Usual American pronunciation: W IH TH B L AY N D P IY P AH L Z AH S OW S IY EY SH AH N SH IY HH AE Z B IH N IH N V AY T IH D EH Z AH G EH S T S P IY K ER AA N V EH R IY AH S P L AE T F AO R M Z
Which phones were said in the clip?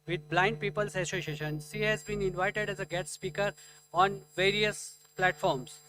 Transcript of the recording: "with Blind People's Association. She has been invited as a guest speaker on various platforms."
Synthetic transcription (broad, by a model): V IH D B L AY N D P IY P AH L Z AH S OW S IY EY SH AH N IY HH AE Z B IH N IH N V AY T IH D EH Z AH G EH T S P IY K ER AA N V EH R IY AH S P L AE T F AO R M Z